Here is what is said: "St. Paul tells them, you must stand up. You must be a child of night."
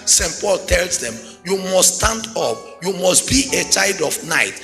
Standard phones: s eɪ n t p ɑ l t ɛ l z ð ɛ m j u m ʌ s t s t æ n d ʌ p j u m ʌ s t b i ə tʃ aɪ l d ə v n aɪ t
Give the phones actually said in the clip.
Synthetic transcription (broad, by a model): s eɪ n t p ɑ l t ɛ l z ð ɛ m j u m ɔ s s t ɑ n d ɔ p j u m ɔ s t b i ə tʃ aɪ l d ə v n aɪ t